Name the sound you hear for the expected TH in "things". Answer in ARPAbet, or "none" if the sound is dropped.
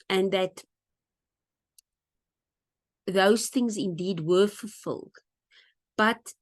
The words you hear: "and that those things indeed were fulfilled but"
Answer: TH